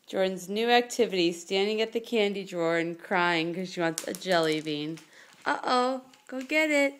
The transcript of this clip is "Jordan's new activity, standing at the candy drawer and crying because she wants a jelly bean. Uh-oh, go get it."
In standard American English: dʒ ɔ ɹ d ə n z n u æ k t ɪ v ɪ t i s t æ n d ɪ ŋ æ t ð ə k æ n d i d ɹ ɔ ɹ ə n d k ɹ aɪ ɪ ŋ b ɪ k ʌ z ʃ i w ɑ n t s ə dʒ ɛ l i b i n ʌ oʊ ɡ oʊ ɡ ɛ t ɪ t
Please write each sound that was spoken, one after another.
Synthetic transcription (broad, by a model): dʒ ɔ ɹ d n z n u æ k t ɪ v ɪ t i s t æ n d ɪ ŋ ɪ t ð ə k æ n d i d ɹ ɔ ɹ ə n k ɹ aɪ ɪ ŋ k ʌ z ʃ i w ɑ n t s ə dʒ ɛ l i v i n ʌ oʊ ɡ oʊ ɡ ɛ t ɪ t